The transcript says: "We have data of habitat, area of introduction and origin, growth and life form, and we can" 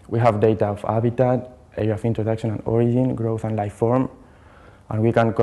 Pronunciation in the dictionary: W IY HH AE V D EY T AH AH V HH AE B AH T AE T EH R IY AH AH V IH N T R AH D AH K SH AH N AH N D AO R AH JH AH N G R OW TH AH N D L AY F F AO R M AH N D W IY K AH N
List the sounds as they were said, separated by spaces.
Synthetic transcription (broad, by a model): W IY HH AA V D EY T AH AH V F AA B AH T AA T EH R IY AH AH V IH N T R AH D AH K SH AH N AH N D AO R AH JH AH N G R OW TH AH N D L AY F F AO R M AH N W IY K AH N